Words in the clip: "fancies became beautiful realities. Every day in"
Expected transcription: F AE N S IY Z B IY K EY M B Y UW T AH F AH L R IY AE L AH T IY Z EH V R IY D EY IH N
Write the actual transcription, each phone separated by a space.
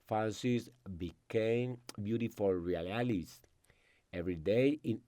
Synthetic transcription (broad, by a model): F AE N S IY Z B IY K EY M B Y UW T AH F AH L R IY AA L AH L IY S EH V R IY D EY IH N